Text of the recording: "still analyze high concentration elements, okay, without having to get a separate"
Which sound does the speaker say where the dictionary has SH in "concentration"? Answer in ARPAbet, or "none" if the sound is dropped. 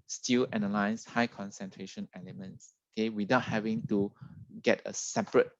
SH